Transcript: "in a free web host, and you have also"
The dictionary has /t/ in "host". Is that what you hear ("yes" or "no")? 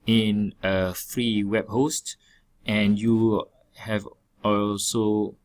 yes